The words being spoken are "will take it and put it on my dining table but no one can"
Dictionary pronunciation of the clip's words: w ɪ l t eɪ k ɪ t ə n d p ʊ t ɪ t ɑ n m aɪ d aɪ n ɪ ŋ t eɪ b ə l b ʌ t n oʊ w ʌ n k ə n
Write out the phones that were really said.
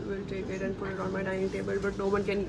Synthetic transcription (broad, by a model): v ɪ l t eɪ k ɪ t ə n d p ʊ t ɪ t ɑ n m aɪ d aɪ ɪ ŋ t eɪ b ə l b ʌ t n oʊ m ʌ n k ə n